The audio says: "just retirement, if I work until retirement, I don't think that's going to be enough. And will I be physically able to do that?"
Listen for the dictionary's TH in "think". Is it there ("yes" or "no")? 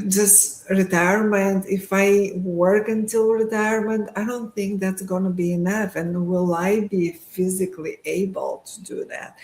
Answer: yes